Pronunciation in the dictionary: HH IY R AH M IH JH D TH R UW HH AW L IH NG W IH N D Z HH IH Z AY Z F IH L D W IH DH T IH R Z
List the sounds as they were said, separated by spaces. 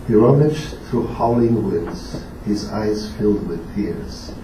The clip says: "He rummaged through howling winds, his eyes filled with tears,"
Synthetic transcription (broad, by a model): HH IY R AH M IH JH TH R UW HH AW L IH NG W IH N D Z HH IH Z AY Z F IH L D W IH DH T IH R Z